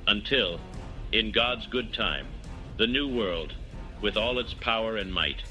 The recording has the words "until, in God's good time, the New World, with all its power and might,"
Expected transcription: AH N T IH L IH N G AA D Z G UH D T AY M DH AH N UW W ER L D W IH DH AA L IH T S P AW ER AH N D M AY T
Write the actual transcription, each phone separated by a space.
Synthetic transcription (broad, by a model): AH N T IH L IH N G AA D Z G UH D T AY M DH AH N UW W ER L D W IH DH AA L IH T S P AW ER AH N M AY T